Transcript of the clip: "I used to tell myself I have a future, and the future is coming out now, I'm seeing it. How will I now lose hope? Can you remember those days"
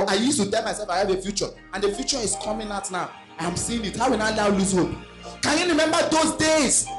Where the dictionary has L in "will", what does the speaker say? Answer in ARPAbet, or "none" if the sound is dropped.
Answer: N